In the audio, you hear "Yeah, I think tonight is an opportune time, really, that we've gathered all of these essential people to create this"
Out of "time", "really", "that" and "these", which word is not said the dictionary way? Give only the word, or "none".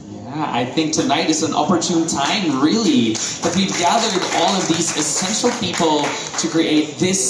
none